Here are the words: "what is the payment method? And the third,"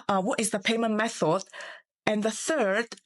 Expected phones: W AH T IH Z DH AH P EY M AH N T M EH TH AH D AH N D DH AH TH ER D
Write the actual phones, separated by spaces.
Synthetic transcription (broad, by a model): W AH T IH Z DH AH P EY M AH N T M EH TH AH D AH N DH AH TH ER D